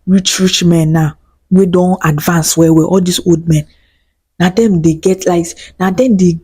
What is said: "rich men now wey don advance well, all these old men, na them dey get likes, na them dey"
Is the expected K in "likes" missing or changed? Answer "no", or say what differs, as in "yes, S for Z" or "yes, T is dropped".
yes, K is dropped